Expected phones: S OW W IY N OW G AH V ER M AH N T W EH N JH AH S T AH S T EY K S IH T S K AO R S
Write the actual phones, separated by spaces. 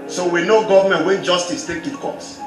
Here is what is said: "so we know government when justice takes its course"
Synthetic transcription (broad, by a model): S OW W IY N OW G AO V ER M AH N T W EH N JH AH S T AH S T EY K IH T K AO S